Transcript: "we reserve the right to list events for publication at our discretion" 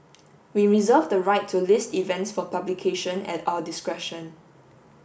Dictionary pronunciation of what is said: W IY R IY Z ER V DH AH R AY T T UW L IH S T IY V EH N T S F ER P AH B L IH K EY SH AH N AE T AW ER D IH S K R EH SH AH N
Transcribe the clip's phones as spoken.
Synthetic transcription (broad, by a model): W IY R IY Z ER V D AH R AY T T UW L IH S T IY V EH N T S F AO P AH B L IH K EY SH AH N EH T AW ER D IH S K R EH SH AH N